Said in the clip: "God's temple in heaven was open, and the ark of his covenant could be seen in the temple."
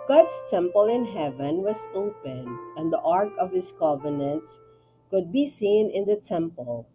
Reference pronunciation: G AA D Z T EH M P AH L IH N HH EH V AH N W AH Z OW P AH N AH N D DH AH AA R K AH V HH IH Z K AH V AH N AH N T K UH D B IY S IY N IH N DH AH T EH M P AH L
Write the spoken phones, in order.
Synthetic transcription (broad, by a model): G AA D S T EH M P AH L IH N HH EH V AH N W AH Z OW P AH N AH N D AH AA R K AH V HH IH S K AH V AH N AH N T K UH D B IY S IY N IH N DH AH T EH M P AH L